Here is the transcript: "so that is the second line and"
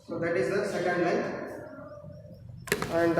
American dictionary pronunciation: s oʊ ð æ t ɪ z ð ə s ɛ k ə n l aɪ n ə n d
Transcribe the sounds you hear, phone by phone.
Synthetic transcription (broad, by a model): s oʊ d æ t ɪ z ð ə s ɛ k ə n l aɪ ə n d